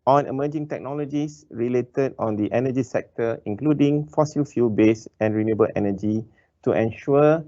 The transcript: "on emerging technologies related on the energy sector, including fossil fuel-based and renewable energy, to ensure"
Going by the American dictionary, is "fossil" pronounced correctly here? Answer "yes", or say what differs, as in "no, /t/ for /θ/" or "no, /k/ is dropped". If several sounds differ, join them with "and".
yes